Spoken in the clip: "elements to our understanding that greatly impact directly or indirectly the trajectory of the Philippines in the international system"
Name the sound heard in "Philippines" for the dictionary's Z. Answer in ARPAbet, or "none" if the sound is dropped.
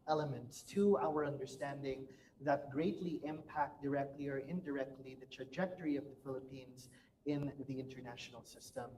Z